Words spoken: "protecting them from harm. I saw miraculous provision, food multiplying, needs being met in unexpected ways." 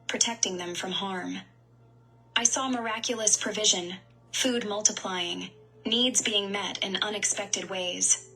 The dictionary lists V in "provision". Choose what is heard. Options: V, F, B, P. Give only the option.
V